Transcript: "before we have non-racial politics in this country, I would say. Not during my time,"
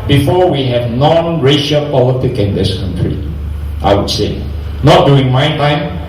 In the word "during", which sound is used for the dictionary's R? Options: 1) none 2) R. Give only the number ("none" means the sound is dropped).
1